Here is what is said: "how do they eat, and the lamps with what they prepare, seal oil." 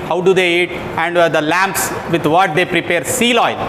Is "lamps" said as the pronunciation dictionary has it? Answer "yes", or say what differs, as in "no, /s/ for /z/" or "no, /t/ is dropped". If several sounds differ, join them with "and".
yes